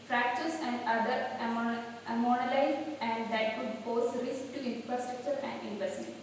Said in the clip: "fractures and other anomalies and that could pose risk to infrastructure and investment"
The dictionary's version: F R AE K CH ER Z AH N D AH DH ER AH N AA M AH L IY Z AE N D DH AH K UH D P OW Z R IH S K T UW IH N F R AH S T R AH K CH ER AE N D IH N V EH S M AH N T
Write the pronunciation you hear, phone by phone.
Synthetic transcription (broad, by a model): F R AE K CH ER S AH N D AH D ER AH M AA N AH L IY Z AE N D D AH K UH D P OW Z R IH S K T UW IH N F R AH S T R AH K CH ER AE N D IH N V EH S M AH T